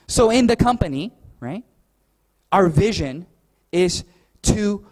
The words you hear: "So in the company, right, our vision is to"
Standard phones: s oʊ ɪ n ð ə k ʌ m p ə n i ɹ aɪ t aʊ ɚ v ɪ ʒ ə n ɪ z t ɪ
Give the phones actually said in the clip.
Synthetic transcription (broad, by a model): s oʊ ɪ n ð ə k ʌ m p ə n i ɹ aɪ t aʊ ɚ v ɪ ʒ ə n ɪ z t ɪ